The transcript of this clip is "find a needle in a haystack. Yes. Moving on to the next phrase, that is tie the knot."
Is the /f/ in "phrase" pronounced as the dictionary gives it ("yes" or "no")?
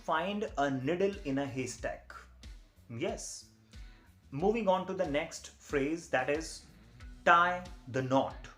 yes